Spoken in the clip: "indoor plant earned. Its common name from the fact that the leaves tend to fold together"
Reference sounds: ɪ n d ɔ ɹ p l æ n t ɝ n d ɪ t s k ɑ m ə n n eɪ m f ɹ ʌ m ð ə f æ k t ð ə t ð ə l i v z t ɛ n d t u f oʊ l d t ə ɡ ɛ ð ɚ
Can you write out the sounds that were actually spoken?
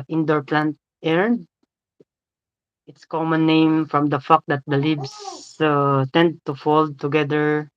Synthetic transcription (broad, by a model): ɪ n d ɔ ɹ p l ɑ n t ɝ n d ɪ t s k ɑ m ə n n eɪ m f ɹ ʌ m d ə f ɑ k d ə t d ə l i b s t ɛ n d t u f oʊ l d t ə ɡ ɛ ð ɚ